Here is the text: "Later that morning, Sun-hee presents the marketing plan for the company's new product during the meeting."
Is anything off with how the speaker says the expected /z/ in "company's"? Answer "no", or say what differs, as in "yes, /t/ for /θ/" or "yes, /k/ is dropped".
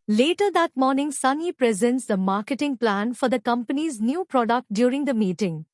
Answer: no